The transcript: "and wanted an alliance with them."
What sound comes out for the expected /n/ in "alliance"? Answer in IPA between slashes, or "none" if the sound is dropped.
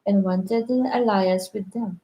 none